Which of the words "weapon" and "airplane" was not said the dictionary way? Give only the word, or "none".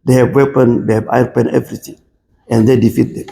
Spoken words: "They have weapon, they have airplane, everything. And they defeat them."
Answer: airplane